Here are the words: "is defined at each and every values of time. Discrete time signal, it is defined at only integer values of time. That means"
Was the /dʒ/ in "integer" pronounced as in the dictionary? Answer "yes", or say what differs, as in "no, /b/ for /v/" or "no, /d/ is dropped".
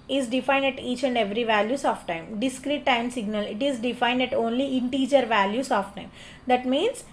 yes